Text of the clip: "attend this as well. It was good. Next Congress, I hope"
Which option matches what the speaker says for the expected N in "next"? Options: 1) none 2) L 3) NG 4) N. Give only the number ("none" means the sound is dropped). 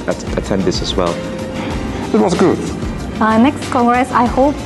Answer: 4